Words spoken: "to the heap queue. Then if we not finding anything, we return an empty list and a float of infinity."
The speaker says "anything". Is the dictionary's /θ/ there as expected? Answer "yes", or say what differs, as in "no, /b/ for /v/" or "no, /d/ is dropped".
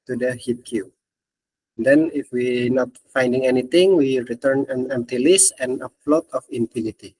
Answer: no, /t/ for /θ/